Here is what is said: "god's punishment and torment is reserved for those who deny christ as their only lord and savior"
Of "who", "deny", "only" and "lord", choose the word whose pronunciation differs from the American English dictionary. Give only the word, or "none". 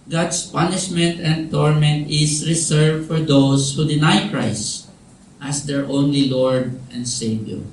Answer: none